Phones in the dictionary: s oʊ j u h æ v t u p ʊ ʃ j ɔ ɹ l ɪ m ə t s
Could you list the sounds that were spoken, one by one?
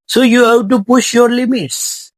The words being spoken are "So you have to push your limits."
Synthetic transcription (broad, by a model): s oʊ j u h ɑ b t u p ʊ ʃ j ɔ ɹ l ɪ m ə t s